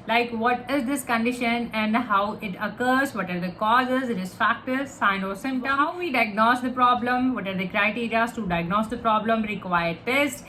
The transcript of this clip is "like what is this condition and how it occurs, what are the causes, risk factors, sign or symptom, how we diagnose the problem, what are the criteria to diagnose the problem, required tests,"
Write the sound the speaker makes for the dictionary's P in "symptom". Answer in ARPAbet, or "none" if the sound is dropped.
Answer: none